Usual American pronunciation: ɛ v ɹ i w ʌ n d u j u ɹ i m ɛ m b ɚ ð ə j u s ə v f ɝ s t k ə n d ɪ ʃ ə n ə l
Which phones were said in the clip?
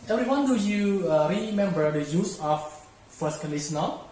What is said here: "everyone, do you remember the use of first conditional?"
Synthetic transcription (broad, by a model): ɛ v ɹ i w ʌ n d u j u ɹ i m ɛ m b ɚ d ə j u s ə f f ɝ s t k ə n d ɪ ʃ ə n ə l